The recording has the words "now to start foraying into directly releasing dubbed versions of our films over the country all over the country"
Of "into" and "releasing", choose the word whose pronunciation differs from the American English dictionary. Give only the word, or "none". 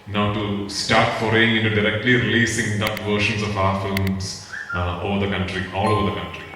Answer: none